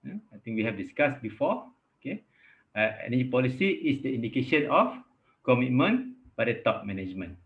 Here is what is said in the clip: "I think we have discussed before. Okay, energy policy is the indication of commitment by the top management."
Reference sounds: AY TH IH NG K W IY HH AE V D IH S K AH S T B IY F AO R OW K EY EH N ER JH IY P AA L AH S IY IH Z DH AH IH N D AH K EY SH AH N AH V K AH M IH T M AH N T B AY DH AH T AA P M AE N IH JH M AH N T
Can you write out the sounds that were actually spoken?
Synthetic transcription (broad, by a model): AY T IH NG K W IY HH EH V D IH S K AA S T B IY F AO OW K EY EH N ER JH IY P AA L AH S IY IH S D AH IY N D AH K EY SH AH N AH F K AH M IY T M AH N B AY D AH T AA P M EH N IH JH M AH N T